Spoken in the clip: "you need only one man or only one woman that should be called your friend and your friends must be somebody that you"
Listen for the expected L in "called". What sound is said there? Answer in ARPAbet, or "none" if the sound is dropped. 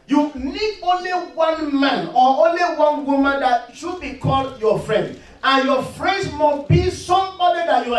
L